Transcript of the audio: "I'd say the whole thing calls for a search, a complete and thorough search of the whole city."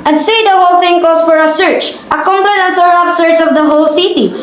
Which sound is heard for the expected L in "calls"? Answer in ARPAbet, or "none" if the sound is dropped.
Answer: none